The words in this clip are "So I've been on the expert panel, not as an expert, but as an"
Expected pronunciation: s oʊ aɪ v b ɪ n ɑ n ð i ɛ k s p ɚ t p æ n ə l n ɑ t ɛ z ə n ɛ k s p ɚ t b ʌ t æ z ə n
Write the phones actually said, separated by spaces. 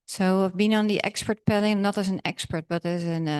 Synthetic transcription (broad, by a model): s oʊ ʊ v b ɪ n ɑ n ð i ɛ k s p ɚ t p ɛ l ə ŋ n ɑ t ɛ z ə n ɛ k s p ɚ t b ʌ t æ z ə n